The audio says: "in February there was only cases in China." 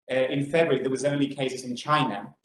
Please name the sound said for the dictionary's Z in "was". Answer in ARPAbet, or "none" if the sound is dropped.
Z